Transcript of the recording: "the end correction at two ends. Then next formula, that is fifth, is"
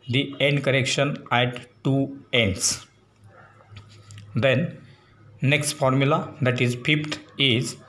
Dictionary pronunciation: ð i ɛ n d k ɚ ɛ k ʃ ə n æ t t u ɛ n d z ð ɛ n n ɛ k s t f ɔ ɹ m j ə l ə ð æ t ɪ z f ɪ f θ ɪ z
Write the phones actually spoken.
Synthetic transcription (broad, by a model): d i ɛ n d k ɚ ɛ k ʃ ə n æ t t u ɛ n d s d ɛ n n ɛ k s t f ɔ ɹ m j ə l ə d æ t ɪ z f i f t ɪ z